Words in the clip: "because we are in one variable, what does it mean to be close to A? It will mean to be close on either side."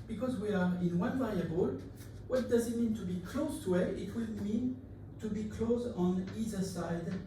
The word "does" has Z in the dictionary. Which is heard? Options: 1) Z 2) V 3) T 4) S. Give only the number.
1